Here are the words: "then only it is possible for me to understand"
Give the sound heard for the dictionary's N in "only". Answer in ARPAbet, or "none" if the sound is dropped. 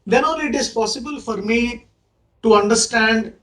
none